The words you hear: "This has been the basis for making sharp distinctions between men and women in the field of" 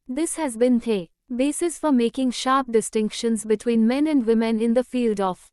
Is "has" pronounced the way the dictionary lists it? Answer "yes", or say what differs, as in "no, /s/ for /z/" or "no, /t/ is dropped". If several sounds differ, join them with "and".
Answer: yes